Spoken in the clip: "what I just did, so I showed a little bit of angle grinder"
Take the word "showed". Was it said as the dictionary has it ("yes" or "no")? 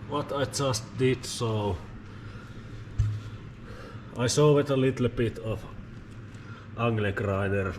no